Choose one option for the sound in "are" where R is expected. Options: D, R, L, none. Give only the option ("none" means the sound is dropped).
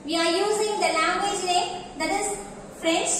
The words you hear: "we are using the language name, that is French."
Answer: R